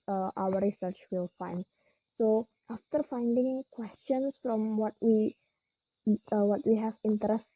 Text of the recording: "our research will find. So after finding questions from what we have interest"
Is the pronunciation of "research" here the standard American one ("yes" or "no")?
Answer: yes